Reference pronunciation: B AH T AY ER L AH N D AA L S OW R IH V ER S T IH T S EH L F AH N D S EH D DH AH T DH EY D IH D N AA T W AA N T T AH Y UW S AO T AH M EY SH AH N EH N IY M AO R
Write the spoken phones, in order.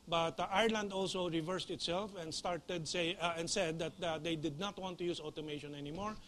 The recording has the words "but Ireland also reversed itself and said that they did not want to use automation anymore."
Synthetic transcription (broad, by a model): B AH T AY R L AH N D AA L S OW R IH V ER S T IH T S EH L F AH N D S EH D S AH T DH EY D IH D N AA T W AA N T T AH Y UW S AO T AH M EY SH AH N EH N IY M AO R